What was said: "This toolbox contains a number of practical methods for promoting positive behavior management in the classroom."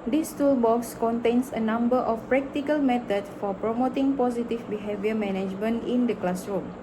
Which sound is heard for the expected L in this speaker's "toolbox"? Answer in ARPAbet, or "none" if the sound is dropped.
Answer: L